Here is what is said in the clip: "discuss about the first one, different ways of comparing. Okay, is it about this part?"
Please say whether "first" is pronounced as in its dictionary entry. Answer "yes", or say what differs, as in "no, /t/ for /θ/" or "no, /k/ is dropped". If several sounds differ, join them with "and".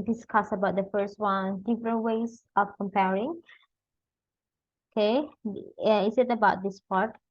yes